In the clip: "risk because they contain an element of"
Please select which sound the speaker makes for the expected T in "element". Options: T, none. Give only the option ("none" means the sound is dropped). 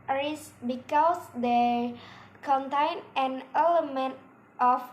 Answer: T